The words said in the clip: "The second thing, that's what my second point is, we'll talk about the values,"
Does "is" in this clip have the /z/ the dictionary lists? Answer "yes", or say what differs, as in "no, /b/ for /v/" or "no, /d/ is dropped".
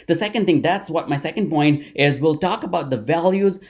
yes